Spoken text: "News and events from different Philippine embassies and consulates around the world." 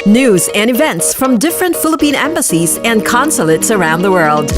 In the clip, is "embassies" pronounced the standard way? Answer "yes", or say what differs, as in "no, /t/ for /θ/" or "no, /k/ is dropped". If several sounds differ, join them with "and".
yes